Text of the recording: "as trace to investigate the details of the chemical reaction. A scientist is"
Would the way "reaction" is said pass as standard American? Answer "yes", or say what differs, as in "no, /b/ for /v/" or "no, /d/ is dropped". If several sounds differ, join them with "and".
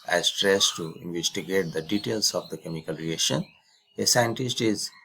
no, /k/ is dropped